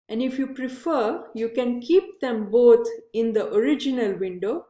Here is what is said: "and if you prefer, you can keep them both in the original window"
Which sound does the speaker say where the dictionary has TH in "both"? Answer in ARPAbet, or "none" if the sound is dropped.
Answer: T